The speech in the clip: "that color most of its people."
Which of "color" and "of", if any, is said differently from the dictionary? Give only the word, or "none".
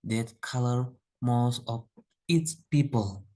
of